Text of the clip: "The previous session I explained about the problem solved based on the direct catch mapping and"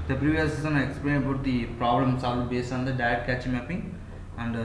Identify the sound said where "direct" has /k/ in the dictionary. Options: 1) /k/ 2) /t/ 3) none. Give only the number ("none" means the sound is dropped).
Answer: 3